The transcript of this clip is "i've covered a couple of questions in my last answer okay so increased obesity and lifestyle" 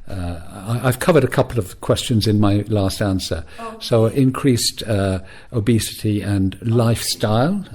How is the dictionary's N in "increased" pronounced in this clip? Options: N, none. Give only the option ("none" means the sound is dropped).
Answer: N